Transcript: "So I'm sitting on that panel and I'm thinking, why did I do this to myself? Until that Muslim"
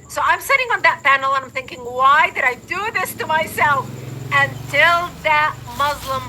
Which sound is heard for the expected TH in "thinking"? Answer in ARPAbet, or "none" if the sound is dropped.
TH